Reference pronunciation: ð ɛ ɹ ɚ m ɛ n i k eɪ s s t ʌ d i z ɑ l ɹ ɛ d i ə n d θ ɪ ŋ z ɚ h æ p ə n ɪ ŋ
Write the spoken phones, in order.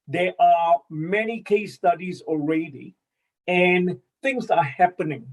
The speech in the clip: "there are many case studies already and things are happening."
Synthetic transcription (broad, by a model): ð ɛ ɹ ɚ m ɛ n i k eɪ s s t ʌ d i z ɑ l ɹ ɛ d i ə n θ ɪ ŋ z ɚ h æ p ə n ɪ ŋ